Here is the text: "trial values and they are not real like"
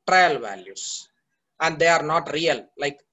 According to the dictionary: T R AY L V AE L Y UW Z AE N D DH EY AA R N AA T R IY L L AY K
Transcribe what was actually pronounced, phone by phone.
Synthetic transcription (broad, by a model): T R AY L V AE L Y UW S AE N D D EY AA R N AA T R IY L L AY K